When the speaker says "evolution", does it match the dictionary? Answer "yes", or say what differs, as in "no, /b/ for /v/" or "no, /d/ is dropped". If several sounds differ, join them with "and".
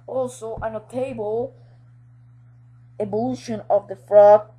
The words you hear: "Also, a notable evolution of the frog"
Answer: no, /b/ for /v/